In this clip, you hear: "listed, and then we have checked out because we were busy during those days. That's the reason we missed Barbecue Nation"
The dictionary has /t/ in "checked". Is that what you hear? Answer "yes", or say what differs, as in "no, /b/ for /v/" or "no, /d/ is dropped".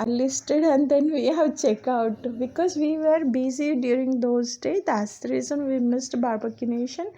no, /t/ is dropped